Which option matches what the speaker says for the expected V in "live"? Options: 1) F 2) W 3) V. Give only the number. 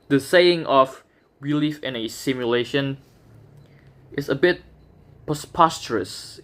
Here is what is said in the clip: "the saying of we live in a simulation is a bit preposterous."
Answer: 1